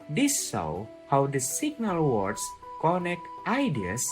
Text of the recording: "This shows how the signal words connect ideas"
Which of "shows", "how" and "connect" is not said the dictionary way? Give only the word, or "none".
shows